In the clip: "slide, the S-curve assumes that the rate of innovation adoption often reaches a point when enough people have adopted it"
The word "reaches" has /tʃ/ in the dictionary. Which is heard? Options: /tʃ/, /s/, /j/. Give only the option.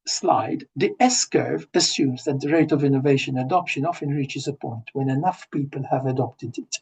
/tʃ/